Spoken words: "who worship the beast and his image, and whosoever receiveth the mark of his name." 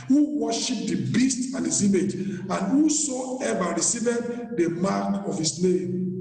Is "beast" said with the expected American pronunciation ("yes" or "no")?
yes